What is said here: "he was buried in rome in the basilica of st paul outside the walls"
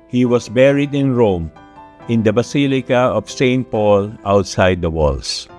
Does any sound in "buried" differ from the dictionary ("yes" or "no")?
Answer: no